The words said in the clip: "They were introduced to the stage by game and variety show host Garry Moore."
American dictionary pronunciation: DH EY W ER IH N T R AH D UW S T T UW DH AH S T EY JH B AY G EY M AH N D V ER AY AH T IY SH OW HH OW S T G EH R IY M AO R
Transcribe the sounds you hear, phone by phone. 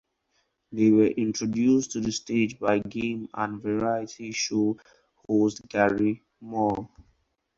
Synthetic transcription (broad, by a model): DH EY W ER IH N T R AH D UW S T T UW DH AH S T EY JH B AY G EY M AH N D V ER AY AH T IY SH OW HH OW S T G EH R IY M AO L